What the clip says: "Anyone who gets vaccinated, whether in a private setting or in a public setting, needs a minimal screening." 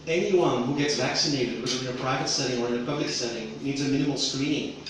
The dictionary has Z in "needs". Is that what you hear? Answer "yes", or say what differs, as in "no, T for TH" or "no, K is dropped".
yes